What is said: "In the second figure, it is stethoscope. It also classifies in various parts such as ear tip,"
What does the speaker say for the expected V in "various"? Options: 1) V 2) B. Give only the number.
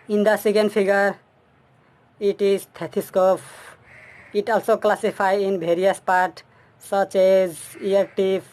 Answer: 2